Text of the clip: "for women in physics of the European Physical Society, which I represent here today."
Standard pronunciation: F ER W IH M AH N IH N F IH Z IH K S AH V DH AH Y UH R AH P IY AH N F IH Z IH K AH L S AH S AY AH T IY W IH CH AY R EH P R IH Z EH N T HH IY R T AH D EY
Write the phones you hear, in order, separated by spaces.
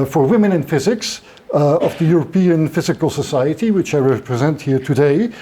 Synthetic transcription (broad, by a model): F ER W IH M AH N IH N F IH Z IH K S AH V DH AH Y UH R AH P IY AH N F IH Z IH K AH L S AH S AY AH T IY W IH CH AY R EH P R IH Z EH N T HH IY R T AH D EY